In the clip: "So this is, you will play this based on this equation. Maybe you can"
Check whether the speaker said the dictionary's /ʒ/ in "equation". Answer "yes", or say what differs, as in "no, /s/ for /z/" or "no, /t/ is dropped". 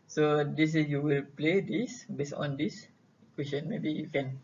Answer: no, /s/ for /ʒ/